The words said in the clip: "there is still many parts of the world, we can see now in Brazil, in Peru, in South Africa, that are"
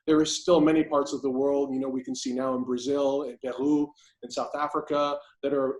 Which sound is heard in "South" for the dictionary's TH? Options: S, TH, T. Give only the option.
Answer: TH